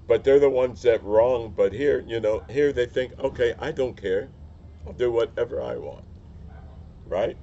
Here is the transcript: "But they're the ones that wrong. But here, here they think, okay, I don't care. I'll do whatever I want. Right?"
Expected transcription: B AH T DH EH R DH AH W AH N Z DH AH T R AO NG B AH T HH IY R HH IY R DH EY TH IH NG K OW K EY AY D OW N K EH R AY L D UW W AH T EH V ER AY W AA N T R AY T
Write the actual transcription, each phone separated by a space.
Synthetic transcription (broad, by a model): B AH T DH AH R DH AH W AH N Z DH AH T R AO NG B AH T HH IY R HH IY R DH EY TH IH NG K OW K EY AY D OW N K EH R AY L D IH W AH T EH V ER AY W AA N T R AY T